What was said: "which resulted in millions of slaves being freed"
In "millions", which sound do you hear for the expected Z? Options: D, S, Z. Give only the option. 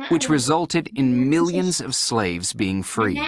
Z